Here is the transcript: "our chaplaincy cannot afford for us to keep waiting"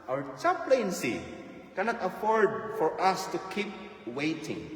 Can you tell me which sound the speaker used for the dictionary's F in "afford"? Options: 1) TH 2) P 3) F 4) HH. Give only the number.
3